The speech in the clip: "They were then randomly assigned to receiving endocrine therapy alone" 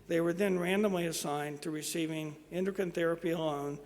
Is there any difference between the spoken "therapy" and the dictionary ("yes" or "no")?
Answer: no